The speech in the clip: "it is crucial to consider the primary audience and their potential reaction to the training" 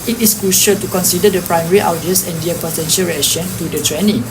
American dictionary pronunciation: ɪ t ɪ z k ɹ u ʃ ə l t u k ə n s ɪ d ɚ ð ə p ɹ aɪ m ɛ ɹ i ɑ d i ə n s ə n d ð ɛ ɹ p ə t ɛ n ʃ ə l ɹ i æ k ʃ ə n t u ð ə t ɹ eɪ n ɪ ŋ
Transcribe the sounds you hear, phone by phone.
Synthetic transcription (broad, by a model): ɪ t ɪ s k ɹ u ʃ ə l t u k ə n s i d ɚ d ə p ɹ aɪ m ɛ ɹ i ɑ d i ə s ə n d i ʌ p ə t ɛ n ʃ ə l ɹ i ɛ k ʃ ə n t u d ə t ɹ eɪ n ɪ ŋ